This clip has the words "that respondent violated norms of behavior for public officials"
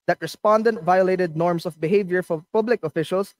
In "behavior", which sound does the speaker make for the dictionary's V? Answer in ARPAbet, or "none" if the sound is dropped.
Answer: V